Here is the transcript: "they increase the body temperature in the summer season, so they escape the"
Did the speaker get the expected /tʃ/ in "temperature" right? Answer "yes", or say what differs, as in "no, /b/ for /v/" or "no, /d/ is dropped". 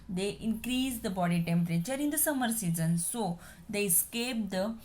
yes